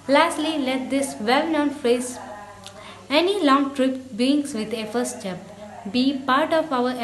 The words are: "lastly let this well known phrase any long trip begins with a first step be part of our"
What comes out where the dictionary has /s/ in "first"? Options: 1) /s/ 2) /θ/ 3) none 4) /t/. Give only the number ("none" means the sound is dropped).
3